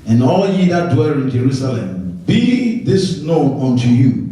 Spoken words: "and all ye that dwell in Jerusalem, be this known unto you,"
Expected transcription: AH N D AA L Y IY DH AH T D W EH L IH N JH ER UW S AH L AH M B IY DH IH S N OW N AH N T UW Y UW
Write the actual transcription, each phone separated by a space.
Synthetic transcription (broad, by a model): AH N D AA L Y IY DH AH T D W EH L IH N JH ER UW S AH L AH M B IY DH IH S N OW AH N T UW Y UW